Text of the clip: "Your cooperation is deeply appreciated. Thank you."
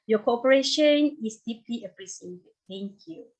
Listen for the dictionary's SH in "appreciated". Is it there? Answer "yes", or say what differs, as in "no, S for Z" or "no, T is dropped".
no, S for SH